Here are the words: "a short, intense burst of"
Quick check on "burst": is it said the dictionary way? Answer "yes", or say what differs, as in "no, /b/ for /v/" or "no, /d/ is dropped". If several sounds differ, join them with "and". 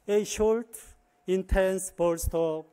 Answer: yes